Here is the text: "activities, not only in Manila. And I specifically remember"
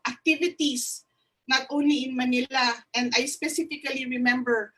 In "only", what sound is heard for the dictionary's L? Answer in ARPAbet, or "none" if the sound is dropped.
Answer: none